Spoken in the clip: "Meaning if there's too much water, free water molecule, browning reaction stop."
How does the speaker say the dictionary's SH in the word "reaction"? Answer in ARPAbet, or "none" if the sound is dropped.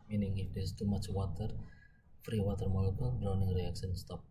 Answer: S